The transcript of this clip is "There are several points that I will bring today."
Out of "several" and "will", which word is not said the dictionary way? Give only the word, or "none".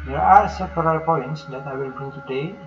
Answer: several